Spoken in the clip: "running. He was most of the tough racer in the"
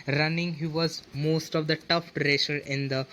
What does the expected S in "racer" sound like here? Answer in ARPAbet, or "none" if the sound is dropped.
SH